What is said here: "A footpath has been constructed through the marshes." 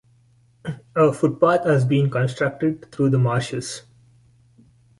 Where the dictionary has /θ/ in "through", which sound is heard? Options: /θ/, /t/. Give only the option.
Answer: /t/